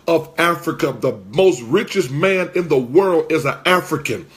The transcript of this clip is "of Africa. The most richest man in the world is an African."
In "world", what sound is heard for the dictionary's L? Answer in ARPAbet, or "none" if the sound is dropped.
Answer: L